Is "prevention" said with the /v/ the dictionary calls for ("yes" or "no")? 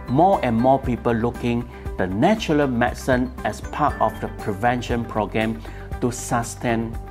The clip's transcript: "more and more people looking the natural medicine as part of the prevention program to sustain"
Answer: yes